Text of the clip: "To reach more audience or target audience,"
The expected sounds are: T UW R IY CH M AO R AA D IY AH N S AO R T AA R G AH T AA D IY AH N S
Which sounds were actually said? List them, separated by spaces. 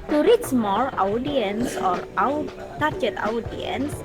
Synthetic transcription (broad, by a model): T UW R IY S M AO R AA D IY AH N S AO R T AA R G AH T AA D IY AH N S